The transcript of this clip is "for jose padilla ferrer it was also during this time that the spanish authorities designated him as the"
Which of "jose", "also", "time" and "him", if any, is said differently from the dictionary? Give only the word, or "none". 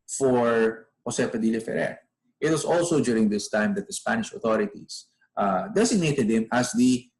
jose